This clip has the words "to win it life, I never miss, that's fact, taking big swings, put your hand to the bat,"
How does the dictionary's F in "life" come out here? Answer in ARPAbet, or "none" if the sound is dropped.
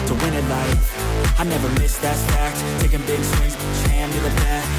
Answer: none